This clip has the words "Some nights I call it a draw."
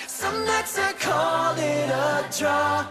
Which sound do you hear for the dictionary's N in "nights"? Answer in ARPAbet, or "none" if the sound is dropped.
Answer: L